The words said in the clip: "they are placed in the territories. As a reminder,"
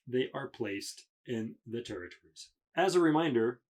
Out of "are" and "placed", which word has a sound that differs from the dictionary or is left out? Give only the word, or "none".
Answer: none